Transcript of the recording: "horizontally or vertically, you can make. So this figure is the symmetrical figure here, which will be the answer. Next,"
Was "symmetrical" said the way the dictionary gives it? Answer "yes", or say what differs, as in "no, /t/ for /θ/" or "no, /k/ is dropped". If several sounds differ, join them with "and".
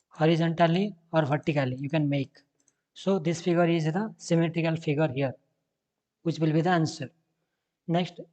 yes